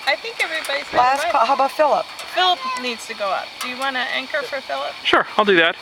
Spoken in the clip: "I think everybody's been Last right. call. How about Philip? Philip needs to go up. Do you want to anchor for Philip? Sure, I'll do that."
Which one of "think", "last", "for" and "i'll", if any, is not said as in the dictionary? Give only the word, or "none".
none